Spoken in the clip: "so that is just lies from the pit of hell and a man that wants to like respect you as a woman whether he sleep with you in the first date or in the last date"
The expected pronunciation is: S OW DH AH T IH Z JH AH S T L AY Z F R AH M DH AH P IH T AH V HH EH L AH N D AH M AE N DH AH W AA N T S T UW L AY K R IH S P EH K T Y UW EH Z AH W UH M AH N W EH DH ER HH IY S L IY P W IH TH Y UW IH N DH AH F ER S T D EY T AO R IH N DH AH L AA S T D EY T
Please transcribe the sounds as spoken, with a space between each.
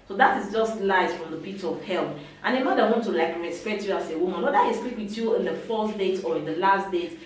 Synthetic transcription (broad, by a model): S OW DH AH T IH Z JH AH S T L AY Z F R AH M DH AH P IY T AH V HH EH L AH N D AH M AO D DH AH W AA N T T UW L AY K R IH S P EH T Y UW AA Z AH W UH M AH N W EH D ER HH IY S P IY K W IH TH Y UW IH N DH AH F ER S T D EY T AO R IH N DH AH L AA S T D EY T